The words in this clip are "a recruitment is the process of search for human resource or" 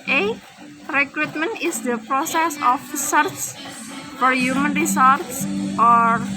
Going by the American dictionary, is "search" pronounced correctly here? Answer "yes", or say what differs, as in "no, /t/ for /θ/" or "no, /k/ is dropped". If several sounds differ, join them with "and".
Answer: no, /s/ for /tʃ/